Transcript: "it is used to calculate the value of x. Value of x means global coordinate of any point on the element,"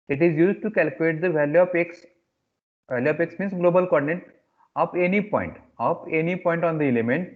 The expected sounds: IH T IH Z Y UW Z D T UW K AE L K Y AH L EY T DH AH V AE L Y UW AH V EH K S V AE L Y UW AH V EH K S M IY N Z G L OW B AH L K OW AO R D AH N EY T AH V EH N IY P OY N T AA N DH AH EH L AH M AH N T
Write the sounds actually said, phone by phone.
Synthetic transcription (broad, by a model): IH T IH Z Y UW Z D T UW K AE L K Y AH L EY T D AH V AE L Y UW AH P EH K S V AE L Y UW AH P EH K S M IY N S G L OW B AH L K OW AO R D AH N EY T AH P EH N IY P OY N T AA N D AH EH L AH M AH N T